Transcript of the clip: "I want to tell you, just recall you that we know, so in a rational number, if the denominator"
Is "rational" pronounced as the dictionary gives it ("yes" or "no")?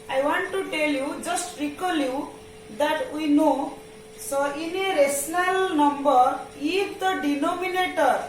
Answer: no